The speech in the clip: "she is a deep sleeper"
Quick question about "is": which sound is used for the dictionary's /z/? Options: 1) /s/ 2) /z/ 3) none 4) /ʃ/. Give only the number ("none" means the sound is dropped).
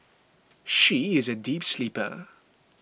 2